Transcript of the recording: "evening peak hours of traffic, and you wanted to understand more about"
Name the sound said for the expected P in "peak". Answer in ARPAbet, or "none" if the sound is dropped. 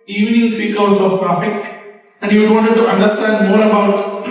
F